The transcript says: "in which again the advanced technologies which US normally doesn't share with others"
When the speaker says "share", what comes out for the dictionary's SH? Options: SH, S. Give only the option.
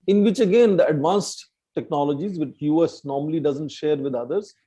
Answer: SH